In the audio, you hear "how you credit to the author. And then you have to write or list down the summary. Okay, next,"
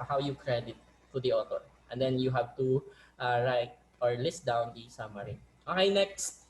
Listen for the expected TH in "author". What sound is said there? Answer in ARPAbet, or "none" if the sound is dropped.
T